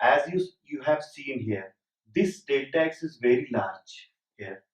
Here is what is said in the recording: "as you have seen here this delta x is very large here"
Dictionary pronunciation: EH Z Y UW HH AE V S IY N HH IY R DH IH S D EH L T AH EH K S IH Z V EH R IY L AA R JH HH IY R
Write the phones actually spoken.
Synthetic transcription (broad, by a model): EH Z Y UW HH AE V S IY N HH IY R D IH S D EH T EH K S IH Z V EH R IY L AA R JH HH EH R